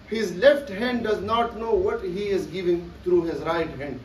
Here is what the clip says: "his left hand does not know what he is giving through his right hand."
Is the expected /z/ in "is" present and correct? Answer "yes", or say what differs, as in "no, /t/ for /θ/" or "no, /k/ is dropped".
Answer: yes